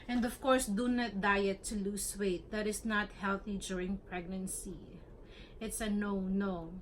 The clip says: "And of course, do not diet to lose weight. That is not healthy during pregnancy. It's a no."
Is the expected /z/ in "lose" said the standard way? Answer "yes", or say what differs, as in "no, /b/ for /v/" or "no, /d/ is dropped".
no, /s/ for /z/